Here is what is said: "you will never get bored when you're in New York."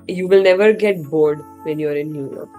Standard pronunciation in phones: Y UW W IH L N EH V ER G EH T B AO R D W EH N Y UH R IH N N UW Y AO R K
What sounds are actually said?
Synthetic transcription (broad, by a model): Y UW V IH L N EH V ER G EH T B AO R D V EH N Y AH R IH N N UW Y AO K